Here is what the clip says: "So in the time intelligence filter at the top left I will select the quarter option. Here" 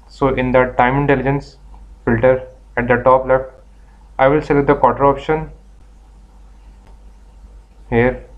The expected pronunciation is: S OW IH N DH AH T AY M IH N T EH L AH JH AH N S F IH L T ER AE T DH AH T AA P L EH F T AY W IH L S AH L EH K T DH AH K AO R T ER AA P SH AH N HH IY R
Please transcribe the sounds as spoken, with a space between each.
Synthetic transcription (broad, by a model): S OW IH N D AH T AY M IH N T EH L AH JH AH N S F IH L T ER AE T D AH T AA P L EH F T AY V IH L S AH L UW T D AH K AO R T ER AA P SH AH N HH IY R